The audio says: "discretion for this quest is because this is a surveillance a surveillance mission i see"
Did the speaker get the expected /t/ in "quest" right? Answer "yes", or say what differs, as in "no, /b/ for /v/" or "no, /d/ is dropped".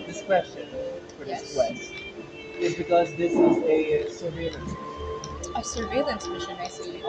no, /t/ is dropped